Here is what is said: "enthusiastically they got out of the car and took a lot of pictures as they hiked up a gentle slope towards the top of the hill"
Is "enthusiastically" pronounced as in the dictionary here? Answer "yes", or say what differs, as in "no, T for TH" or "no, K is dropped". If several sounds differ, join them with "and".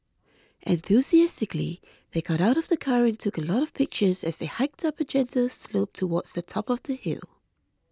yes